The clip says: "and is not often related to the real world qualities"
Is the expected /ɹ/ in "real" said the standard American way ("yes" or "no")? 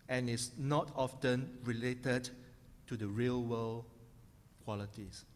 yes